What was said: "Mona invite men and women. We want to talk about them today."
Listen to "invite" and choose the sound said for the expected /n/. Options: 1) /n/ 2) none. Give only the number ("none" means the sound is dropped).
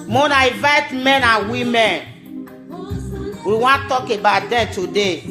2